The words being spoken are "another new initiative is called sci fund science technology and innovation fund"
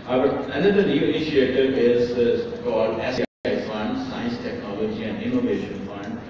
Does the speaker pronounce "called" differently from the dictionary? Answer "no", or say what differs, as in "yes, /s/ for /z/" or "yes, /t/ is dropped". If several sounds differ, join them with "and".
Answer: no